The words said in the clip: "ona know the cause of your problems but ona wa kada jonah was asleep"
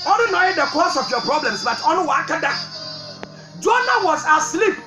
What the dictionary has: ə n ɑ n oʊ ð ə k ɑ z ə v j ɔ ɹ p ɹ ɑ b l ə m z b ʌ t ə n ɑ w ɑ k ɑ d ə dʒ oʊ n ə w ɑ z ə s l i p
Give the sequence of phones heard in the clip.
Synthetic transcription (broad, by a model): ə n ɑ n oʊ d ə k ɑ s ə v j ɔ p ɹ ɹ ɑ b l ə m s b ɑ t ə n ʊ w ɑ k ɑ d ə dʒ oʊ n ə w ɑ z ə s l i p